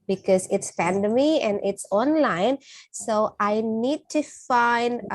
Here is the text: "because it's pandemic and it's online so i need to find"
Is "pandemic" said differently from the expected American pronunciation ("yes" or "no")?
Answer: yes